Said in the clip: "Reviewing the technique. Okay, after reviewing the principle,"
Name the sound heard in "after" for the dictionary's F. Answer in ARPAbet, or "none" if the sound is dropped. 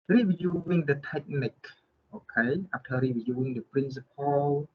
P